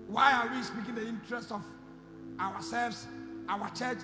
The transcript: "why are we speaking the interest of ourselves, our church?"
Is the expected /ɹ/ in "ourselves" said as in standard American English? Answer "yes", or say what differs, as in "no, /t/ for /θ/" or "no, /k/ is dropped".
no, /w/ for /ɹ/